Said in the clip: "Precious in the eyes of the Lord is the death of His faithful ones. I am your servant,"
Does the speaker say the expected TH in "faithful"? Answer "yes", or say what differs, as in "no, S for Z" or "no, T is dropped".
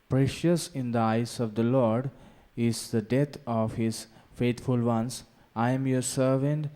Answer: no, T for TH